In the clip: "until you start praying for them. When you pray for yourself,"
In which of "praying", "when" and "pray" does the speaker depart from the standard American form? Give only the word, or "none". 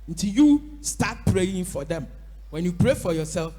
none